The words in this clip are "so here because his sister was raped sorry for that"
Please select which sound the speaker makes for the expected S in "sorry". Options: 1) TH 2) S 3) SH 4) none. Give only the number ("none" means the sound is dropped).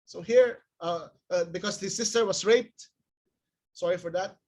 2